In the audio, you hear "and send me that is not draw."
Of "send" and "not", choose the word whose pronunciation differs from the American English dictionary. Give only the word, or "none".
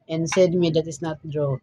send